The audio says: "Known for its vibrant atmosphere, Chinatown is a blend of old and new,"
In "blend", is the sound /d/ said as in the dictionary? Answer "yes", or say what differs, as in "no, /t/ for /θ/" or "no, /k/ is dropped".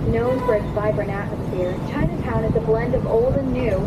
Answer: yes